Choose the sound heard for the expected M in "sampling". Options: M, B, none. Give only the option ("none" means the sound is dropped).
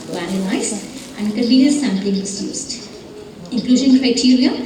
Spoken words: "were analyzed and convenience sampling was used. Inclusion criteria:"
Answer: M